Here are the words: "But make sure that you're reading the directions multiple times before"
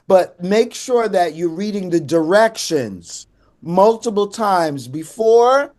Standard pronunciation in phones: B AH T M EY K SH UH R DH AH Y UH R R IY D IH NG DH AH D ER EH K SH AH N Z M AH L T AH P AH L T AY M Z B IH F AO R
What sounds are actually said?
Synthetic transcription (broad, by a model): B AH T M EY K SH UH R DH AH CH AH R R IY D IH NG DH AH D ER EH K SH AH N Z M AH L T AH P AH L T AY M Z B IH F AO R